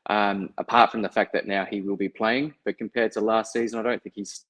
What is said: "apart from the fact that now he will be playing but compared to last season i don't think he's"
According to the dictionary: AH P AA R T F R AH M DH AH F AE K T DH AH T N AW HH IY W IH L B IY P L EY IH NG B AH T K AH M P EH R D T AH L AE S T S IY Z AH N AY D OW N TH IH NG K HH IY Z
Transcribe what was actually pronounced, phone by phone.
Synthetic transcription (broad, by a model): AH P AA R T F R AH M DH AH F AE K DH AH T N AW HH IY W IH L B IY P L EY IH NG B AH T K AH M P EH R D T AH L AE S T S IY Z AH N AY D OW N TH IH NG K HH IY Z